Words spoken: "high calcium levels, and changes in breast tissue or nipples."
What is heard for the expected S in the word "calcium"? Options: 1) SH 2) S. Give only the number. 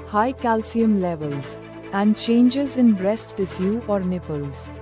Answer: 2